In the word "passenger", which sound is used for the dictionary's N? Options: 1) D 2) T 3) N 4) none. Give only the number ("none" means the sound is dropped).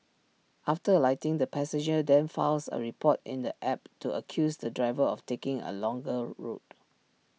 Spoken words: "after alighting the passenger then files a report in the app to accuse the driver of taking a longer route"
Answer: 4